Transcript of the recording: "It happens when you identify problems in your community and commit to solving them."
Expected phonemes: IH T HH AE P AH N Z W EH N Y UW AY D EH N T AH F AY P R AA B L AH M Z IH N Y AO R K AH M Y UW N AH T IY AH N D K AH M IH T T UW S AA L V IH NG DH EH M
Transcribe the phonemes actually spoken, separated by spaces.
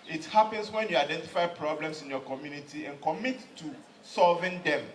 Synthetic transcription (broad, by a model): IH T HH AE P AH N S W EH N Y UW AY D EH N T AH F AY P R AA B L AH M S IH N Y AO K AH M Y UW N AH T IY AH N K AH M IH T T UW S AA L V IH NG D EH M